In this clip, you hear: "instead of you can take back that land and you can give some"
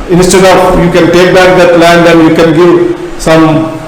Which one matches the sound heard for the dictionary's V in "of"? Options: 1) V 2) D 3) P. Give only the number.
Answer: 3